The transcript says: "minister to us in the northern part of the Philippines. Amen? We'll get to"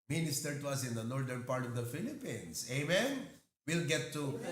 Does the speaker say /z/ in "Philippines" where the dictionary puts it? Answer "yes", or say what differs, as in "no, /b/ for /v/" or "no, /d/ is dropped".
no, /s/ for /z/